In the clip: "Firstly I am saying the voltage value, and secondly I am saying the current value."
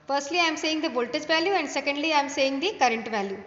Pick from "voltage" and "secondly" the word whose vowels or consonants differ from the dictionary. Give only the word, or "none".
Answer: voltage